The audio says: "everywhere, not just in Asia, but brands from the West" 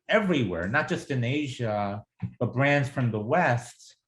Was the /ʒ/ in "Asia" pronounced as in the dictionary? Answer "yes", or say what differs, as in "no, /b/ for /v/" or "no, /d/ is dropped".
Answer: yes